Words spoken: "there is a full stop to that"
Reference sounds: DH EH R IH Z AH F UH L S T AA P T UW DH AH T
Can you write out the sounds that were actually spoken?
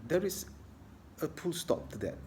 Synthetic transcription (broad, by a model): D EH R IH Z AH P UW L S T AA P T UW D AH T